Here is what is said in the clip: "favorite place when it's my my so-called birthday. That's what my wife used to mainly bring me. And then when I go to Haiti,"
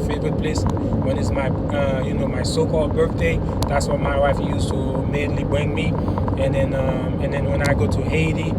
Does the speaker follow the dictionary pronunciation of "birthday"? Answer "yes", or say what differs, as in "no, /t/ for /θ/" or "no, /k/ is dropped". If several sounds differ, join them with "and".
yes